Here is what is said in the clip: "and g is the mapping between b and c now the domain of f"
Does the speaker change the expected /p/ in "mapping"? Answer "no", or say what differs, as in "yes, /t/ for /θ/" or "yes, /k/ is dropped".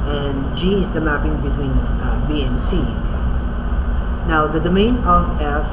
no